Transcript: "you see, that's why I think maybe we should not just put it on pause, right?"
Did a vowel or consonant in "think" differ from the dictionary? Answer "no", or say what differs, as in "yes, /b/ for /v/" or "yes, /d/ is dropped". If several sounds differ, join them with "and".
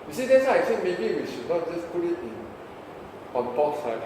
yes, /s/ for /θ/